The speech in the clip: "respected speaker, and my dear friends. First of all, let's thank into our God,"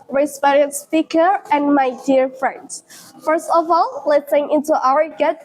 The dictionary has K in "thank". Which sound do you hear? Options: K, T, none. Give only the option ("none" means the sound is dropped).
none